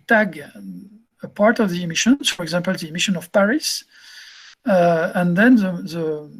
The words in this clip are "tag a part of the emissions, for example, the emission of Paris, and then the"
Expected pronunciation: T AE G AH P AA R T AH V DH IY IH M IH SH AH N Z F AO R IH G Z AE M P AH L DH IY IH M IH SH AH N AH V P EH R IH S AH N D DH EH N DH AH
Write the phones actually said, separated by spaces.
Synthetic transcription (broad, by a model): T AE G AH P AA R T AH V DH IY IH M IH SH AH N F AO R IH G Z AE M P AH L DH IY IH M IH SH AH N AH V P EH R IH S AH N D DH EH N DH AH